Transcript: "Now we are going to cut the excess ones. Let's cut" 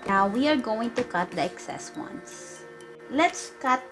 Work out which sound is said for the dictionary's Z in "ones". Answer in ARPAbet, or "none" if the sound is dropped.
S